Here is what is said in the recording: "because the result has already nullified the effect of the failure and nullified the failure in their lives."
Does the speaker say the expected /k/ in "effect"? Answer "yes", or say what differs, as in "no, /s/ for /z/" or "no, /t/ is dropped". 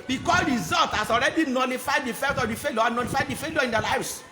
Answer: no, /k/ is dropped